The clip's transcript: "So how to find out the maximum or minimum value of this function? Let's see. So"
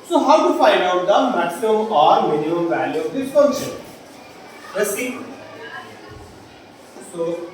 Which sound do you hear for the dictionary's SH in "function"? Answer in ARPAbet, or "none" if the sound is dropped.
none